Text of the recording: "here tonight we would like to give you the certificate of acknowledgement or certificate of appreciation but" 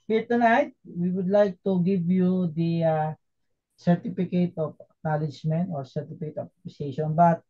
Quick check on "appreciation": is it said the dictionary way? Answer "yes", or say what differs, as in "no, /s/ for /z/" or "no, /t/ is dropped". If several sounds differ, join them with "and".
no, /ɹ/ is dropped